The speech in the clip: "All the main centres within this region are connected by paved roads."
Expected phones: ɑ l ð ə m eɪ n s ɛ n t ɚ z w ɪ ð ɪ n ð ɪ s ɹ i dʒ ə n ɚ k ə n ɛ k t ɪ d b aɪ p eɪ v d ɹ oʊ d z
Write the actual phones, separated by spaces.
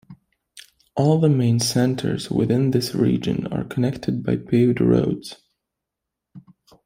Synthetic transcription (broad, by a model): ɑ l ð ə m eɪ n s ɛ n t ɚ z w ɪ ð ɪ n ð ɪ s ɹ i dʒ ə n ɚ k ə n ɛ k t ɪ d b aɪ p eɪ d ɹ oʊ d z